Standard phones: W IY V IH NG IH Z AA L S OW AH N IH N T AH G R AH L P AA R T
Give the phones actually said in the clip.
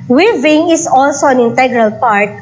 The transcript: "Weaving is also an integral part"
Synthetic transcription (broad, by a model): W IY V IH NG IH S AA L S OW AH N IH N T AH G R AH L P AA R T